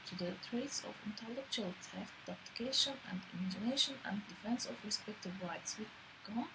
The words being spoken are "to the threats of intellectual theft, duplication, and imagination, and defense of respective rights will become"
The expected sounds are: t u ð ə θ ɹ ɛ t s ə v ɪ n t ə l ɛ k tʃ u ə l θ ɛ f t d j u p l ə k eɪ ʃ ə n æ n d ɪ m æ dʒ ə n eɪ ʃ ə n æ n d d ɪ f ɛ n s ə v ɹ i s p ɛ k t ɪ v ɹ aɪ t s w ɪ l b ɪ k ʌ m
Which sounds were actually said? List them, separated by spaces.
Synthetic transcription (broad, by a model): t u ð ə t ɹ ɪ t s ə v ɪ n t ə l ɛ k tʃ u ə l t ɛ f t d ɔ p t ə k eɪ ʃ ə n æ n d ɪ m æ dʒ ə n eɪ ʃ ə n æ n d d ɪ f ɛ n s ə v ɹ i s p ɛ k t ɪ v ɹ aɪ t s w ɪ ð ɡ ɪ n